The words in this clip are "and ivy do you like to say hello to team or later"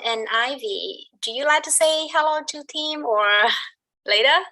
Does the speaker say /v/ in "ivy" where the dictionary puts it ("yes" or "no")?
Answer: yes